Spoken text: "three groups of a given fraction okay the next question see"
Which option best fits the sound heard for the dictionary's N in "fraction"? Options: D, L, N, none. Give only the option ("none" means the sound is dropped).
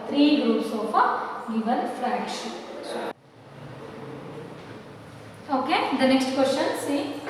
none